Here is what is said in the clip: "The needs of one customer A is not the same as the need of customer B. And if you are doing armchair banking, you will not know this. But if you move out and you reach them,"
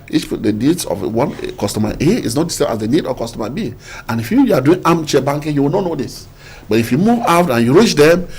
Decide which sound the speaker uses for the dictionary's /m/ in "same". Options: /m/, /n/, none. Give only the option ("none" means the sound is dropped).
none